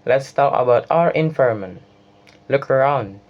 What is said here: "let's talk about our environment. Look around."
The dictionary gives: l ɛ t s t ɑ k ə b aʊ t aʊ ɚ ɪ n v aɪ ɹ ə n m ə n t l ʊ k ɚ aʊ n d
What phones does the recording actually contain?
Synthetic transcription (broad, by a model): l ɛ t s t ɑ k ə b aʊ t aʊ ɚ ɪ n f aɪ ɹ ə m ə n l ʊ k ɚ aʊ n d